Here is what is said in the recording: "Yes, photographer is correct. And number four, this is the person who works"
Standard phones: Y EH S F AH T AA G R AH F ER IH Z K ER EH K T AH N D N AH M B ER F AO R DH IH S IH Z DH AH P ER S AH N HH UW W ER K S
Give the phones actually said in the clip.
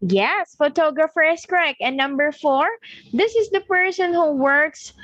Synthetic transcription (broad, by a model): Y EH S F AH T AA G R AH F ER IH S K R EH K AH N N AH M B ER F AO R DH IH S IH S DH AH P ER S AH N HH UW W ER K S